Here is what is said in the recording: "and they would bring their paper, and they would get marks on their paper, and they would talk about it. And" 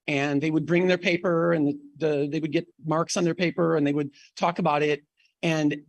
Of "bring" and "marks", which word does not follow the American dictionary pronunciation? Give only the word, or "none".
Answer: none